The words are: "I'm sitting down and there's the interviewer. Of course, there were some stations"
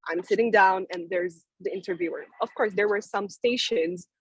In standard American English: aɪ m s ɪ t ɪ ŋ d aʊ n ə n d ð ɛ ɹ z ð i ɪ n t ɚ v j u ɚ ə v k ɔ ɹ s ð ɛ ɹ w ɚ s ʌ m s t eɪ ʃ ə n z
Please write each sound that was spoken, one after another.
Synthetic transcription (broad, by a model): aɪ m s ɪ t ɪ ŋ d aʊ n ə n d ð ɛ ɹ z ð i ɪ n t ɚ v j u ɚ ə v k ɔ ɹ s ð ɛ ɹ w ɚ s ʌ m s t eɪ ʃ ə n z